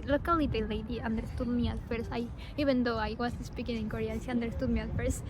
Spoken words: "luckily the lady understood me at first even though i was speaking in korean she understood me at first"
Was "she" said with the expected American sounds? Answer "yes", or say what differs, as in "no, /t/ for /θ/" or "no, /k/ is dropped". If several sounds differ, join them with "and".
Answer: no, /s/ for /ʃ/